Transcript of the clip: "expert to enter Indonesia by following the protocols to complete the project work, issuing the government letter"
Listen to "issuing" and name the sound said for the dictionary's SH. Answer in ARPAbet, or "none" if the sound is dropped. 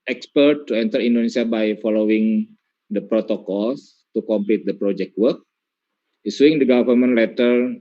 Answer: S